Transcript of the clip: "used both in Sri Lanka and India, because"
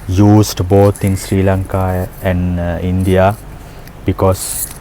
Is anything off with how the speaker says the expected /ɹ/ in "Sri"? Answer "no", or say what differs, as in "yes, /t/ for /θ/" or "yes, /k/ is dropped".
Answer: no